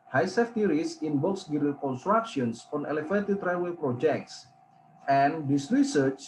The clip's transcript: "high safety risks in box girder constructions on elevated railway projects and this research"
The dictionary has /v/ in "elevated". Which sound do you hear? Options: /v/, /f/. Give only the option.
/f/